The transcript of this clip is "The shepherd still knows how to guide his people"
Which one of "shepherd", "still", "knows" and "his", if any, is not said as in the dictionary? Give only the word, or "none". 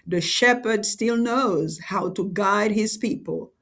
none